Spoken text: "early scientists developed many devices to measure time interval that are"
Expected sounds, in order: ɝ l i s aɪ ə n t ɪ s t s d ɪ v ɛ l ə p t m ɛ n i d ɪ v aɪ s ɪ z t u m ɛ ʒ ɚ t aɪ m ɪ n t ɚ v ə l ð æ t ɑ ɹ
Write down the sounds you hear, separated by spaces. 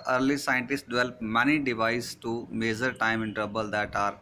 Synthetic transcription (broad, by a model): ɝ l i s aɪ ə n t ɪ s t d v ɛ l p m ɛ n i d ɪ v aɪ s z t u m ɛ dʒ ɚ t aɪ m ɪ n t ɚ b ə l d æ t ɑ ɹ